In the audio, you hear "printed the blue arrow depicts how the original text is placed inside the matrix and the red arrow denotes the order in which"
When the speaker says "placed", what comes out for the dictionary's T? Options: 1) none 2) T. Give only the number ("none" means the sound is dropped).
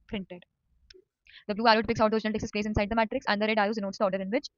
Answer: 1